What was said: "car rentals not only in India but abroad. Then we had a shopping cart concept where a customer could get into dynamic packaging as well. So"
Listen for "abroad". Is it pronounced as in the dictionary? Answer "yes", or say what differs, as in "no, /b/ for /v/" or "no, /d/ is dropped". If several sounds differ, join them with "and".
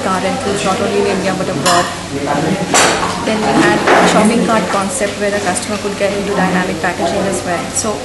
no, /ɹ/ is dropped